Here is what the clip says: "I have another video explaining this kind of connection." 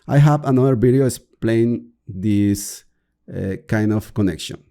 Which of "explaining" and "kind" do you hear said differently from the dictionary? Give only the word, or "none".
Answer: explaining